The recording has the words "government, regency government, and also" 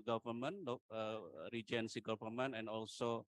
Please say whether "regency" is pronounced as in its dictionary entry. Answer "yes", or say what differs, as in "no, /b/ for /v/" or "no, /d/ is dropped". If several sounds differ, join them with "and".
yes